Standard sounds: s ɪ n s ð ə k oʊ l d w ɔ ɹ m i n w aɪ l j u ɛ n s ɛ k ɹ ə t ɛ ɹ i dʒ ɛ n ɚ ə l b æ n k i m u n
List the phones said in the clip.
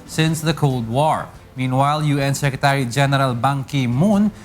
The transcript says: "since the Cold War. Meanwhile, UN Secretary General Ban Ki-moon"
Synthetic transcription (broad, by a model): s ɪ n s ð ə k oʊ l d w ɔ ɹ m i n w aɪ l j u ɛ n s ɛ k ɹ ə t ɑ ɹ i dʒ ɛ n ɚ ə l b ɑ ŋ k i m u n